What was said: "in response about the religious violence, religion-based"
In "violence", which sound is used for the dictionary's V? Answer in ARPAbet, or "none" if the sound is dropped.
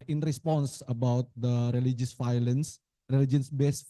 F